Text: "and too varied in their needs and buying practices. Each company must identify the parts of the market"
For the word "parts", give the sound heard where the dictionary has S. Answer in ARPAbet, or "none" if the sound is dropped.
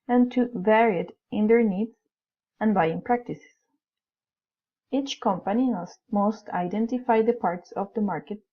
S